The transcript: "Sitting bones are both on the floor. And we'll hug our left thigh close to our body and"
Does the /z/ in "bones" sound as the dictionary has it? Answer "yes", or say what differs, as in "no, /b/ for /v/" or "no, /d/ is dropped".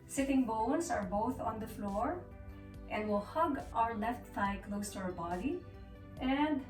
no, /s/ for /z/